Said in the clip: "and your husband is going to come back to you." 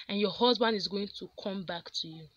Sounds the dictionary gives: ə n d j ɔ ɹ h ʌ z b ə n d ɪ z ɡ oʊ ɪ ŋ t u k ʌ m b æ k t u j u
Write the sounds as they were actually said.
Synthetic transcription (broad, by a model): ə n j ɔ h ʌ z b ə n d ɪ z ɡ oʊ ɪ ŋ t u k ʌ m b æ k t u j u